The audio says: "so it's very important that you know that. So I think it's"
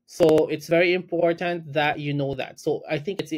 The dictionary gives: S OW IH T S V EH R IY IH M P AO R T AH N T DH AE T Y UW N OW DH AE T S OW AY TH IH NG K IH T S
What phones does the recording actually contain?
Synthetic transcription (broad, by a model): S OW IH T S V EH R IY IH M P AO R T AH N T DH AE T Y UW N OW DH AE T S OW AY TH IH NG K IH T S